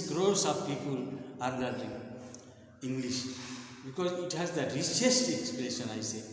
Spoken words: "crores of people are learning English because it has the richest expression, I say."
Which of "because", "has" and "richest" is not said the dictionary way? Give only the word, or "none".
richest